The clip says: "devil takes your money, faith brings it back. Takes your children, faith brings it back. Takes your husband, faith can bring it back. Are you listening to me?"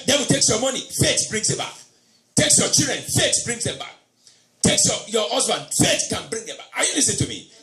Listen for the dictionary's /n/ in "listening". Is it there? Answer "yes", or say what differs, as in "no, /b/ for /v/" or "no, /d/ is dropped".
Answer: no, /n/ is dropped